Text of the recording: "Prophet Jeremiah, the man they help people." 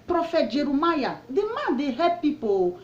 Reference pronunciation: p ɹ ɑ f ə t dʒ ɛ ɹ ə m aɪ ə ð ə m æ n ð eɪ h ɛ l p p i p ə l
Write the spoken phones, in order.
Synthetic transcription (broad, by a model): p ɹ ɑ f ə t dʒ ɛ ɹ ə m aɪ ə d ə m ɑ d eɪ h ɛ p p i p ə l